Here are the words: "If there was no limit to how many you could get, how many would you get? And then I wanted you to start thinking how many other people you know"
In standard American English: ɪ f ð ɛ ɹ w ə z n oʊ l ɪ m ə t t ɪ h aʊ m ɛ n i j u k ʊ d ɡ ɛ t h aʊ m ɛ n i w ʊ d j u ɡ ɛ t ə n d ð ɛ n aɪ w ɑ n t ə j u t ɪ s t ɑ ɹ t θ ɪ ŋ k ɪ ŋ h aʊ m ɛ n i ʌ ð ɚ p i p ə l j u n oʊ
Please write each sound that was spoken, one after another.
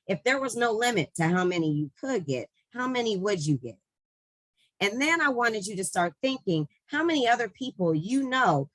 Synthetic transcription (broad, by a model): ɪ f ð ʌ ɹ w ə z n oʊ l ɪ m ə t t ɪ h aʊ m ɛ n i j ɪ k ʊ d ɡ ɛ t h aʊ m ɛ n i w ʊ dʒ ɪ ɡ ɛ t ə n ð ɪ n aɪ w ɑ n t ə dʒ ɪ t ɪ s t ɑ ɹ t θ ɪ ŋ k ɪ ŋ h aʊ m ɛ n i ʌ ð ɚ p i p l j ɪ n oʊ